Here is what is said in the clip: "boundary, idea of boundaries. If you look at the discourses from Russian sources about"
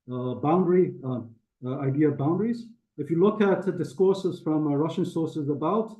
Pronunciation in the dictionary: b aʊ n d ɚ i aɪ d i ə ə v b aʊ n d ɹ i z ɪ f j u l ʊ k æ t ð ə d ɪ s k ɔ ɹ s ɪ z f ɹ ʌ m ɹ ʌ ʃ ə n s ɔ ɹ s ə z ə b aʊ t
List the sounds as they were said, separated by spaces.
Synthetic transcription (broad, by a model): b aʊ n d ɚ i aɪ d i ə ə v b aʊ n d ɹ i z ɪ f j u l ʊ k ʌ t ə d ɪ s k ɔ ɹ s ɪ z f ɹ ʌ m ɹ ʌ ʃ ə n s ɔ ɹ s ə z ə b aʊ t